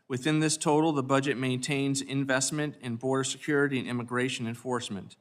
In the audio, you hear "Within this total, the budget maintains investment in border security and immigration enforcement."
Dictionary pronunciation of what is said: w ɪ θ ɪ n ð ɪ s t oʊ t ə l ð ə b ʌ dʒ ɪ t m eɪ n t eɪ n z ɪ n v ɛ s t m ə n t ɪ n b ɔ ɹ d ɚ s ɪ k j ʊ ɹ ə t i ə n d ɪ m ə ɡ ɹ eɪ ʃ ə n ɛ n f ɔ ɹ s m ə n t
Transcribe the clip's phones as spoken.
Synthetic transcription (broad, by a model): w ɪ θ ɪ n ð ɪ s t oʊ t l ð ə b ʌ dʒ ɪ t m eɪ n t eɪ n z ɪ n v ɛ s t m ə n t ɪ n b ɔ ɹ d ɚ s ɪ k j ʊ ɹ ə t i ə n ɪ m ə ɡ ɹ eɪ ʃ ə n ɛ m f ɔ ɹ s m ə n t